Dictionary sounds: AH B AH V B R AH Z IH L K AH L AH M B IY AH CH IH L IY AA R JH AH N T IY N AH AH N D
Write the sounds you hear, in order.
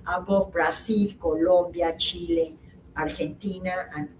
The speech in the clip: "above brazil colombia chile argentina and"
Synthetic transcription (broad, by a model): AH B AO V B R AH S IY L K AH L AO M B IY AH CH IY L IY AA R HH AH N T IY N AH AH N